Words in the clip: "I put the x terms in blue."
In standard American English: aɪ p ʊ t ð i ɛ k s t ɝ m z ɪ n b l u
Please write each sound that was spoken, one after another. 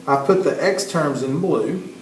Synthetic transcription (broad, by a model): aɪ p ʊ t ð i ɛ k s t ɝ m z ɪ n b l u